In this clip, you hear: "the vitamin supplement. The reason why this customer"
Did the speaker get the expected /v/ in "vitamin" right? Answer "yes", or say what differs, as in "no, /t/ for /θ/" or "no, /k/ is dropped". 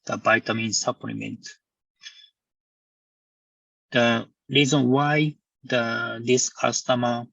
no, /b/ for /v/